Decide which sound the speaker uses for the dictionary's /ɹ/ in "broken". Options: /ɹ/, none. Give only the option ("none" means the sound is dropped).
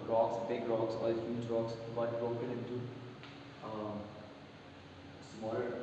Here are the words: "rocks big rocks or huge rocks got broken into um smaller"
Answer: /ɹ/